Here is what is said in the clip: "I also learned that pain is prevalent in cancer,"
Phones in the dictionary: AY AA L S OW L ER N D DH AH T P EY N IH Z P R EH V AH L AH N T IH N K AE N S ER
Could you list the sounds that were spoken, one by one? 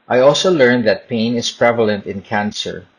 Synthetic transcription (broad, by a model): AY AA L S OW L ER N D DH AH T P EY N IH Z P R EH V AH L AH N T IH N K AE N S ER